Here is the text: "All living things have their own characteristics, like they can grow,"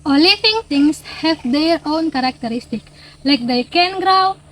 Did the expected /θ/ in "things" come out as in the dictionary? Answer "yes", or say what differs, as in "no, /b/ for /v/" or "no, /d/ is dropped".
no, /t/ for /θ/